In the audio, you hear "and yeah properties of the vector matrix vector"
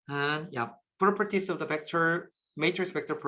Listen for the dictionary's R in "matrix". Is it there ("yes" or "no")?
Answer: no